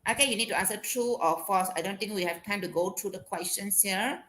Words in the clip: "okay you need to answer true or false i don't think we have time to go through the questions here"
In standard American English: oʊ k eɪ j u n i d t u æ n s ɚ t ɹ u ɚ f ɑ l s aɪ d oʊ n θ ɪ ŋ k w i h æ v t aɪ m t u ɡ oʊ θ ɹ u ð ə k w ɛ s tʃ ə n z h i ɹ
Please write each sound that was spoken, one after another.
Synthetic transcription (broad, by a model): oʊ k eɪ j u n i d t u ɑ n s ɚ t ɹ u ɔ f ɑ s aɪ d oʊ n t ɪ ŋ k w i h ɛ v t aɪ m t u ɡ oʊ t ɹ u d ə k w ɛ s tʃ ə n s h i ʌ